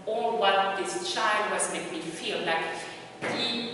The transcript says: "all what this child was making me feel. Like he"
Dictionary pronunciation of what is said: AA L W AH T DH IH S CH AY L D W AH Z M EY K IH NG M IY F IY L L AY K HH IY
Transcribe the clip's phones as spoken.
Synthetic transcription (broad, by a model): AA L W AH T DH IH S CH AY L D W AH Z M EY IH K M IY F IY L L AY K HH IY